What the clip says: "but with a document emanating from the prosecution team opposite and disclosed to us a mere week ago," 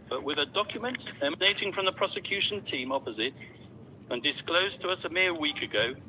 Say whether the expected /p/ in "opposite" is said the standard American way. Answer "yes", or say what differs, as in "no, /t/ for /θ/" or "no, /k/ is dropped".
yes